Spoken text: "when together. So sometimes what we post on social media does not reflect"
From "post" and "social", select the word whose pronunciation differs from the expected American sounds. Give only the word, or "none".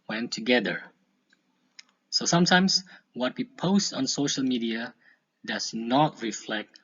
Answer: none